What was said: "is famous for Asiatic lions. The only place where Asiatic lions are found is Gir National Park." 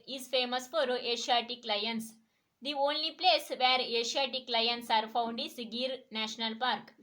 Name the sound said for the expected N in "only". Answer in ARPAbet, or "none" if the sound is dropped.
N